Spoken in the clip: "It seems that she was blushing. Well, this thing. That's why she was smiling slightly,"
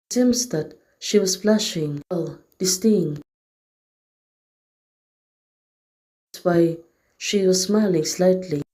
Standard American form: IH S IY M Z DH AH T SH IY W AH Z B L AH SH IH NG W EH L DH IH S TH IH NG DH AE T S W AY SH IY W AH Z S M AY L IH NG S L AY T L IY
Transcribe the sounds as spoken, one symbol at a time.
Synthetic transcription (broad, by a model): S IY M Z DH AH T SH IY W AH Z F L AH SH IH NG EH L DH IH S T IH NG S W AY SH IY W AH Z S M AY L IH NG S L AY T L IY